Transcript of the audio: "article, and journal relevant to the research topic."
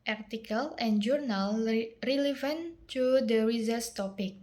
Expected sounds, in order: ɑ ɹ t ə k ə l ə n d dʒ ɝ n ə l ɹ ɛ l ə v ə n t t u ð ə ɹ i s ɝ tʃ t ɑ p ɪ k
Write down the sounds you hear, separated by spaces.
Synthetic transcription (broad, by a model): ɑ ɹ t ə k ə l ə n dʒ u n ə l ɹ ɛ l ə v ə n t t u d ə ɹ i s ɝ s t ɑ p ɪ k